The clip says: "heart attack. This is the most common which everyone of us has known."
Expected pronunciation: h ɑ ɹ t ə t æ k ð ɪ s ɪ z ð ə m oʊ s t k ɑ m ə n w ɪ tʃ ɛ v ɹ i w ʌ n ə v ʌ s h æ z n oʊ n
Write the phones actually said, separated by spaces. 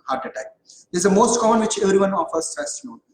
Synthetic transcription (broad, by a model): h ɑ ɹ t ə t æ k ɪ ɪ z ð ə m oʊ s t k ɑ m ə n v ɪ tʃ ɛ v ɹ i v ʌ n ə f ʌ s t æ s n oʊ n